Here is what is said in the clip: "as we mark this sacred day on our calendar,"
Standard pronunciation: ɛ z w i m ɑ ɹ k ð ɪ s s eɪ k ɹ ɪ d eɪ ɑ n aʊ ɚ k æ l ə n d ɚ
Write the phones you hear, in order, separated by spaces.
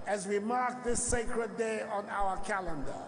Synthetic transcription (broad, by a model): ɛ z w i m ɑ ɹ k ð ɪ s s eɪ k ɹ ɪ d eɪ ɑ n aʊ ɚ k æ l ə n d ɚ